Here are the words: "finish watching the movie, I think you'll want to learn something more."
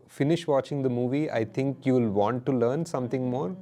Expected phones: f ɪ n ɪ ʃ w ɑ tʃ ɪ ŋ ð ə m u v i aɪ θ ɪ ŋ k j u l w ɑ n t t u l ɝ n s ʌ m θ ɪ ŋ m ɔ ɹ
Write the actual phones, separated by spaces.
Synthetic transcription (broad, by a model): f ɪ n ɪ ʃ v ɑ tʃ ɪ ŋ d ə m u v i aɪ t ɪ ŋ k j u l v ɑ n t t u l ɝ n s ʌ m t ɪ ŋ m ɔ ɹ